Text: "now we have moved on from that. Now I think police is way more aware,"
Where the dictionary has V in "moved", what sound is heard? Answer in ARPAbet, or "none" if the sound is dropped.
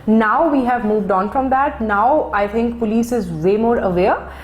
V